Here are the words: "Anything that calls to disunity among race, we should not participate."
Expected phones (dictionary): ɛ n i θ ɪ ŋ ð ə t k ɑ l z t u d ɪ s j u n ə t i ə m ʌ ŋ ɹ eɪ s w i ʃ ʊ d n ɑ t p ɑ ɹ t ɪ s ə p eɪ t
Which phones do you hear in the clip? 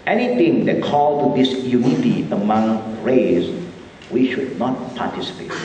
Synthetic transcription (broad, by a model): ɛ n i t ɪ ŋ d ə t k ɑ l t u d ɪ s j u n ə t i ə m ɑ ŋ ɹ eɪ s w i ʃ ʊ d n ɑ t p ɑ t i s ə p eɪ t